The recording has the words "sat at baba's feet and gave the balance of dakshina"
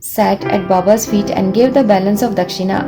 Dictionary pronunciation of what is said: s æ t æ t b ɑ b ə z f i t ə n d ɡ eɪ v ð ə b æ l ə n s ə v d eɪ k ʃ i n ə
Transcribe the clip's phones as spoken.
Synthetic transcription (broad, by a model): s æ t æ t b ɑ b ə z f i t ə n d ɡ eɪ v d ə b æ l ə n s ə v d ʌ k ʃ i n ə